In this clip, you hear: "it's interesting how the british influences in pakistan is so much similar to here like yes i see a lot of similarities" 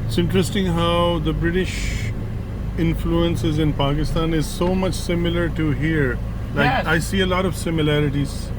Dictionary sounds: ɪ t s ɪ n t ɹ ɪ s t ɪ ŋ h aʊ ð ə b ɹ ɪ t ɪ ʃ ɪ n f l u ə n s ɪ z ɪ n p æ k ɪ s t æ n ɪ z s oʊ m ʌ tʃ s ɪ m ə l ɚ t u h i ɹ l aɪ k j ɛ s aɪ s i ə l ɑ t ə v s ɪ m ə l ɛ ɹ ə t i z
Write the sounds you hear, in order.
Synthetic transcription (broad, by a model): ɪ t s ɪ n t ɹ ɪ s t ɪ ŋ h aʊ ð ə b ɹ ɪ t ɪ ʃ ɪ n f l u ə n s ɪ z ɪ n p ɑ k ɪ s t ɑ n ɪ z s oʊ m ʌ tʃ s ɪ m ə l ɚ t u h i ɹ l aɪ k aɪ s i ə l ɑ t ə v s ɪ m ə l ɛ ɹ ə t i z